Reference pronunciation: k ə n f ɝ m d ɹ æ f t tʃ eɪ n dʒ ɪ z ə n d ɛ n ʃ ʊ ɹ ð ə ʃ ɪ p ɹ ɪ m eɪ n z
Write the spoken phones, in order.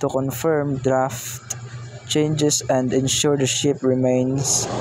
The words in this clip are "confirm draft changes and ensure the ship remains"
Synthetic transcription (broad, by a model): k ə n f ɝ m d ɹ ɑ f t tʃ eɪ n dʒ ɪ s ə n d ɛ n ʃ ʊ ɹ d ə ʃ ɪ p ɹ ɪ m eɪ n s